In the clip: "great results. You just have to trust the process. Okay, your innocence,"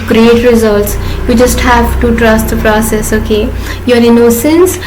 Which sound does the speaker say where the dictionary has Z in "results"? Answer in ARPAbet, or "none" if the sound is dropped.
Z